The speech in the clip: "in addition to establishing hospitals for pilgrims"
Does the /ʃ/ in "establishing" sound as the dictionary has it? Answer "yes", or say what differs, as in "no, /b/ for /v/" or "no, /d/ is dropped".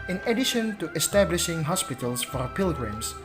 yes